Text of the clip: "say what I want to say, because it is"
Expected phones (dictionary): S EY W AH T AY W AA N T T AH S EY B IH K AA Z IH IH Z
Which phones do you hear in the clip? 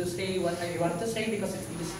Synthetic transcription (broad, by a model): S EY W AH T AY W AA T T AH S EY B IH K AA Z IH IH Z